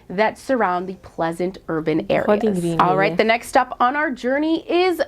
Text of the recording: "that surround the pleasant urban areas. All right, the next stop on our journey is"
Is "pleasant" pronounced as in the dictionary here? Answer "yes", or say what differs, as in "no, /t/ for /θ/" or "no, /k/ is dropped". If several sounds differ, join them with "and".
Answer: yes